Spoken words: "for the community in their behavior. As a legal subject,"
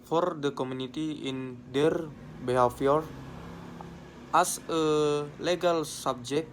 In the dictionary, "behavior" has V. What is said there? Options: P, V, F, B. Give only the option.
F